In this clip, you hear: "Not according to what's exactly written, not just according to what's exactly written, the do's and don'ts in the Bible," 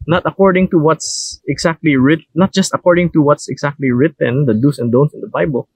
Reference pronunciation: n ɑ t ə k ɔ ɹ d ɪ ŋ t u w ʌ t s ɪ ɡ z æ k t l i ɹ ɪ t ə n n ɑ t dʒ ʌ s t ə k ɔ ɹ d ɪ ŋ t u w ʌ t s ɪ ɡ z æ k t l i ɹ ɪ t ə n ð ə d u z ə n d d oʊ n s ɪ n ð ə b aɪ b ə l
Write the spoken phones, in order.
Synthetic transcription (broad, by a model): n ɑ t ə k ɔ ɹ d ɪ ŋ t u w ʌ t s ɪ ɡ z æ k t l i ɹ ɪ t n n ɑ t dʒ ʌ s t ə k ɔ ɹ d ɪ ŋ t u w ʌ t s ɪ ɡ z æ k t l i ɹ ɪ t ə n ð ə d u s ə n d d oʊ n s ɪ n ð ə b aɪ b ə l